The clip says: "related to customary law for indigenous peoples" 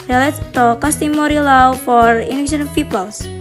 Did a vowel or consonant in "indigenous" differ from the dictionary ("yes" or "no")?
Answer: yes